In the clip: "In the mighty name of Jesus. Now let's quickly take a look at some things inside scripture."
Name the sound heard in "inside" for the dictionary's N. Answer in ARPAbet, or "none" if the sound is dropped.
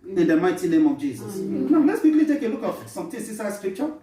none